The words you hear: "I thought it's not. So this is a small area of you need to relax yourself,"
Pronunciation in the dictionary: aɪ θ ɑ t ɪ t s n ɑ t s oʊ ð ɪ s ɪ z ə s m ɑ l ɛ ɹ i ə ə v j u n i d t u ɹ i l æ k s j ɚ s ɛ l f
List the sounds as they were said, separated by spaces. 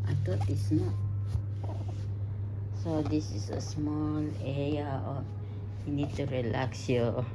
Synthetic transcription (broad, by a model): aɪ t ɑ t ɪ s n ɑ t s oʊ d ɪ s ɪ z ə s m ɑ l ɛ ɹ i ə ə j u n i d t u ɹ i l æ k s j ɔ